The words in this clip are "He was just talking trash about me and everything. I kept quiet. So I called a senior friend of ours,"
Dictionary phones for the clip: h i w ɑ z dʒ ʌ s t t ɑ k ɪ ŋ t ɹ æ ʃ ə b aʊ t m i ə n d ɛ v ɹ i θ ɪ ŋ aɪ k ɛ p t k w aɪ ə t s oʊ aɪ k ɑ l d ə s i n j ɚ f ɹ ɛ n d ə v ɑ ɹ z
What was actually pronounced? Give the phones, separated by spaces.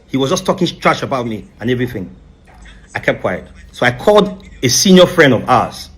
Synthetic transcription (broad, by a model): h i w ɑ z dʒ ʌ s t t ɑ k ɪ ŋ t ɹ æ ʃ ə b aʊ t m i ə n ɛ v ɹ i θ ɪ ŋ aɪ k ɛ p k w aɪ ə t s oʊ aɪ k ɑ l d ə s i n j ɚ f ɹ ɛ n d ə v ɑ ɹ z